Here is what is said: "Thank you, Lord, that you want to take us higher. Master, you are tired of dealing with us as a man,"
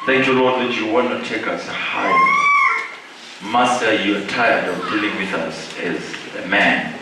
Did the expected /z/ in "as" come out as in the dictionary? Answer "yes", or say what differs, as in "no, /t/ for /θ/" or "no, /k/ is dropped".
yes